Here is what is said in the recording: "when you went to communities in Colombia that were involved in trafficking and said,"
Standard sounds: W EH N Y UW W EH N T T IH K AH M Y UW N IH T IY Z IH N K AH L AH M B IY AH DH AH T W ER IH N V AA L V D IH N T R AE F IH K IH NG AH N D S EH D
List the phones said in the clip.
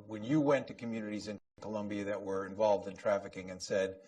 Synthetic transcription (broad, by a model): W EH N Y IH W EH N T T IH K AH M Y UW N IH T IY Z IH N K AH L AH M B IY AH DH AH T W ER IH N V AA L V D IH N T R AE F IH K IH NG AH N S EH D